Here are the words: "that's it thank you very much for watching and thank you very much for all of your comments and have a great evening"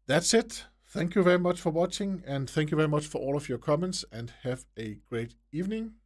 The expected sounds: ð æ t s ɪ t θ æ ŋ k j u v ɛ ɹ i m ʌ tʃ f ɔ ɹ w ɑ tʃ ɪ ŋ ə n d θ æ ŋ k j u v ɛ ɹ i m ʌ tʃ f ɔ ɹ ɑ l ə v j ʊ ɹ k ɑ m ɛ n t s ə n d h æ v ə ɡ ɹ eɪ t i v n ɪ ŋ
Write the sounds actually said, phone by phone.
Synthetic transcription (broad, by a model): ð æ t s ɪ t θ æ ŋ k j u v ɛ ɹ i m ʌ tʃ f ɔ ɹ w ɑ tʃ ɪ ŋ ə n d θ æ ŋ k j u v ɛ ɹ i m ʌ tʃ f ɔ ɹ ɑ l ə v j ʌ ɹ k ɑ m ɛ n t s ə n d h æ v ə ɡ ɹ eɪ t i v n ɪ ŋ